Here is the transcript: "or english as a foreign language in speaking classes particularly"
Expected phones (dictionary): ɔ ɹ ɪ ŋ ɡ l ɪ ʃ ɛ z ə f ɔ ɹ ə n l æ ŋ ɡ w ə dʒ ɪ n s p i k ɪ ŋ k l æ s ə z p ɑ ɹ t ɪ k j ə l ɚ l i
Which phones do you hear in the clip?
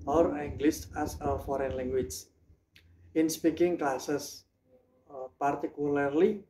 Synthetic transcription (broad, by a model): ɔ ɹ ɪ ŋ ɡ l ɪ s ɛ s ə f ɔ ɹ ə n l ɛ ŋ ɡ w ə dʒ ɪ n s p i k ɪ ŋ k l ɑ s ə s p ɑ ɹ t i k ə l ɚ l i